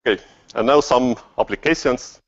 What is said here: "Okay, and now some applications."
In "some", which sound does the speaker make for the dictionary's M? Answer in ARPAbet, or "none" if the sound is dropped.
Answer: M